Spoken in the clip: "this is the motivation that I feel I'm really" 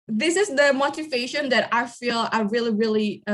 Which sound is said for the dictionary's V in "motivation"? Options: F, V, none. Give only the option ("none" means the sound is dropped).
V